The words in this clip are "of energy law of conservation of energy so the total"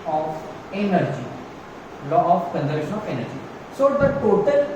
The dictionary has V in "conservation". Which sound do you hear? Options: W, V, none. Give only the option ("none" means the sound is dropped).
none